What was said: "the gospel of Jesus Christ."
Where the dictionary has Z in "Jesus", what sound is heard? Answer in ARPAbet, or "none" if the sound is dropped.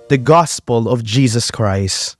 Z